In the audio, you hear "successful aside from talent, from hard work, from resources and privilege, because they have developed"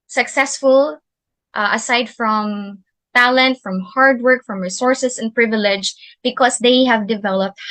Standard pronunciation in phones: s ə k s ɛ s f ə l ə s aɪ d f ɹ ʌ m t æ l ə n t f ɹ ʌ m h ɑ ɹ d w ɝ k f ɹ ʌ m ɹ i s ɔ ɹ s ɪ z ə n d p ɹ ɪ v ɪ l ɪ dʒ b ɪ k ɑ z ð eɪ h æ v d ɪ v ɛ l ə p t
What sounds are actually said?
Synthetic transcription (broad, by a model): s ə k s ɛ s f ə l ə s aɪ d f ɹ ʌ m t æ l ə n t f ɹ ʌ m h ɑ ɹ d w ɝ k f ɹ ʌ m ɹ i s ɔ ɹ s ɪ s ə n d p ɹ ɪ v ɪ l ɪ dʒ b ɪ k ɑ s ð eɪ h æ v d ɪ v ɛ l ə p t